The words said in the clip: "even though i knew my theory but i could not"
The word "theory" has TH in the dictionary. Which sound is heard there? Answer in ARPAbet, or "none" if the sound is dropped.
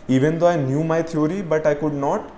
T